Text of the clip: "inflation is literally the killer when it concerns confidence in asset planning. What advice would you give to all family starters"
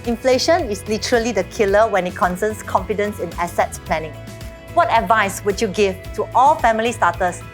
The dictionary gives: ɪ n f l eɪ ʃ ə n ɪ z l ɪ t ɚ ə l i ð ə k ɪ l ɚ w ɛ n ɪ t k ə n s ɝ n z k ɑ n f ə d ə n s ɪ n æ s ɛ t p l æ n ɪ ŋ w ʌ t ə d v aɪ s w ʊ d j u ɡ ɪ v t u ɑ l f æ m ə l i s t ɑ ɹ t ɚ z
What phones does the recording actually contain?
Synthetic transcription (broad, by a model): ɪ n f l eɪ ʃ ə n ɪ s l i t ɚ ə l i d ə k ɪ l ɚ w ɛ n ɪ t k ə n s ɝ n s k ɑ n f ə d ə n s ɪ n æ s ɛ t p l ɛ n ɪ ŋ w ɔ t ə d v aɪ s w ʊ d j u ɡ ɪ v t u ɑ l f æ m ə l i s t ɑ t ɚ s